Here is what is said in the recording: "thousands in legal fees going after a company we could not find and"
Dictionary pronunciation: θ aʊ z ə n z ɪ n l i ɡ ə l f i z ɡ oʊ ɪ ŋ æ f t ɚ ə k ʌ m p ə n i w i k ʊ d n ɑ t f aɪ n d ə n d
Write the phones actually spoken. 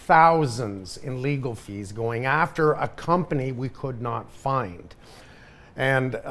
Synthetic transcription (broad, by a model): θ aʊ z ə n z ɪ n l i ɡ l f i z ɡ oʊ ɪ ŋ æ f t ɚ ə k ʌ m p ə n i w i k ʊ d n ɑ t f aɪ n d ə n